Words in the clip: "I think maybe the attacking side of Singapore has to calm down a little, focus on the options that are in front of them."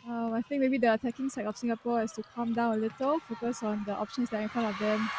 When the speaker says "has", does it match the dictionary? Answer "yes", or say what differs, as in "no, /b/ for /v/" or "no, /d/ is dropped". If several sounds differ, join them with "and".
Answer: no, /s/ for /z/